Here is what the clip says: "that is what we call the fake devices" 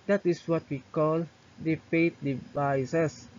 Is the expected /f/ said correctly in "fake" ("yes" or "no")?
no